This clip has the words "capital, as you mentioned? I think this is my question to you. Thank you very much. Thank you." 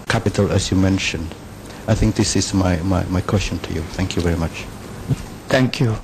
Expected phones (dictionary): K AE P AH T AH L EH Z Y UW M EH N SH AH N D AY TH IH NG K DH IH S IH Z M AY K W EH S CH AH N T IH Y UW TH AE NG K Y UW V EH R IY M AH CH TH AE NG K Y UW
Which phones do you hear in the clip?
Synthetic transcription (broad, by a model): K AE P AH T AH L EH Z Y UW M EH N SH AH N D AY TH IH NG K DH IH S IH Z M AY K W EH S CH AH N T IH Y UW TH AE NG K Y UW V EH R IY M AH CH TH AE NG K Y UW